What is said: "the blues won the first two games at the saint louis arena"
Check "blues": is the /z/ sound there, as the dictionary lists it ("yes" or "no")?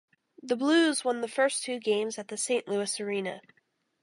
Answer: yes